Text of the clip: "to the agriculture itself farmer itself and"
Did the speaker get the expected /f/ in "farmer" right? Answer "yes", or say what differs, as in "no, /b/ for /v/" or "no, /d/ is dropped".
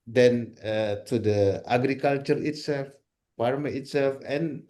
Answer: no, /p/ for /f/